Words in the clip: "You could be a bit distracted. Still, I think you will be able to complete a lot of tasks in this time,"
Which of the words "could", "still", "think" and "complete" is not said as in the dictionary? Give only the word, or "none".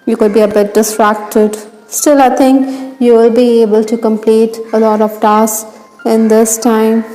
think